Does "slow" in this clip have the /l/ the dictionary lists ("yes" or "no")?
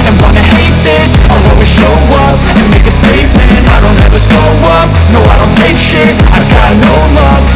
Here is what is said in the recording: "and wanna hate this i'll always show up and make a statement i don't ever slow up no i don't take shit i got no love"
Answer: no